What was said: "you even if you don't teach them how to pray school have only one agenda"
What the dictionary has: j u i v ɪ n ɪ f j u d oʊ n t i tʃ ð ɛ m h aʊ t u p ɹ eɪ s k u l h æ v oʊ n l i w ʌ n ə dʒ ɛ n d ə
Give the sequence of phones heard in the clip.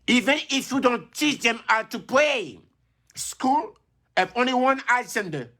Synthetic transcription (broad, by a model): i v ɪ n ɪ f j u d oʊ n t i tʃ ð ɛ m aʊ t u p l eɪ s k u l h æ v oʊ n l i w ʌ n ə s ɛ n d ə